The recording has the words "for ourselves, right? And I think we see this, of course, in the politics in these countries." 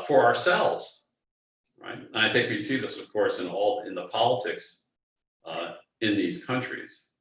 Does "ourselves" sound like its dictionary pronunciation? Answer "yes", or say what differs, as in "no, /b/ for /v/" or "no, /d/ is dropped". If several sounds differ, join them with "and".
yes